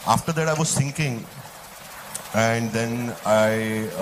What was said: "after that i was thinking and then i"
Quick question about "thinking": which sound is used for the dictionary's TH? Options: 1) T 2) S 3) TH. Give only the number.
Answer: 2